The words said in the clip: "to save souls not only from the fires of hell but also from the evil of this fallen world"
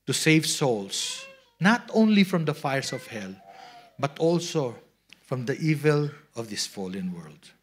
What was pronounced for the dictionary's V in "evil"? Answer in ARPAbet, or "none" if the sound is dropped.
V